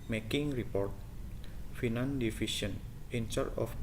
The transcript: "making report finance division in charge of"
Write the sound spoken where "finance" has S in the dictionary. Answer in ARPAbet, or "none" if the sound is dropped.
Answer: none